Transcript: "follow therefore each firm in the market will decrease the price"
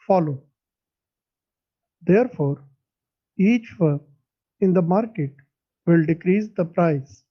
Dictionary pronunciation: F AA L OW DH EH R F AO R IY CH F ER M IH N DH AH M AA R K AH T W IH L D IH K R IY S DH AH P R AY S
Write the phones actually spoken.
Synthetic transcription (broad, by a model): F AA L OW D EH R F AO R IY CH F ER IH N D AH M AA R K AH T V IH L D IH K R IY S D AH P R AY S